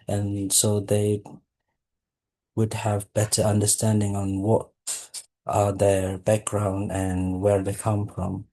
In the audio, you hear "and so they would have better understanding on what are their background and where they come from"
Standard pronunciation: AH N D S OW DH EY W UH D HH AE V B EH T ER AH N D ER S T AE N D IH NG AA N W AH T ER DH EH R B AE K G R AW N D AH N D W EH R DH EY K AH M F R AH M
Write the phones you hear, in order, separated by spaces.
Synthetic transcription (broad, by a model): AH N S OW DH EY W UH D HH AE V B EH T ER AH N D ER S T AE N D IH NG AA N W AH T ER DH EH R B AE K G R AW N D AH N W EH R DH EY K AH M F R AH M